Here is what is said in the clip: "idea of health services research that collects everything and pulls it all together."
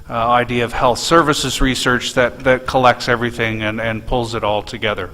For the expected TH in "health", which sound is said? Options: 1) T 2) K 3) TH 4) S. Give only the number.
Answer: 3